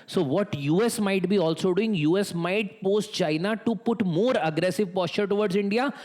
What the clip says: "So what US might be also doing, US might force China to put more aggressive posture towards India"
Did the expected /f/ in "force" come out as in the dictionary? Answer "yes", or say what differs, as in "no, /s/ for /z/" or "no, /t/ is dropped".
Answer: no, /p/ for /f/